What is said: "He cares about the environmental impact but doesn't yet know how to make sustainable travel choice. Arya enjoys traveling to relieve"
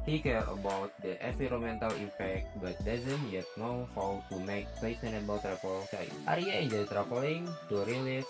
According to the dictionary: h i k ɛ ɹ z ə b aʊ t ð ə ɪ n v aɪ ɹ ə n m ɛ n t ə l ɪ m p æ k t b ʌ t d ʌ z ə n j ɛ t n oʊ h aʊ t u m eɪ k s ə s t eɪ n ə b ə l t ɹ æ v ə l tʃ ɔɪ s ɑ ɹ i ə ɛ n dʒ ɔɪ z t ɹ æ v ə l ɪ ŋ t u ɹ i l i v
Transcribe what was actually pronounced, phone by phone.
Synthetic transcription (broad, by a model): h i k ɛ ɹ ə b aʊ t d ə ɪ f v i ɹ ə m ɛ n t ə l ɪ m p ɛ k t b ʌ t d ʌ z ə n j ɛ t n oʊ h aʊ t u m eɪ k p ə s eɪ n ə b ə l t ɹ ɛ p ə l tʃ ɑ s ɑ ɹ i ə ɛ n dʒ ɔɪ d t ɹ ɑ p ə l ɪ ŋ t u ɹ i l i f